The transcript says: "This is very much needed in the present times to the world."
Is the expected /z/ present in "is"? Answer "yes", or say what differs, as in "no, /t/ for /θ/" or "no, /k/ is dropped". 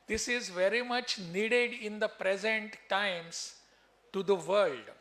yes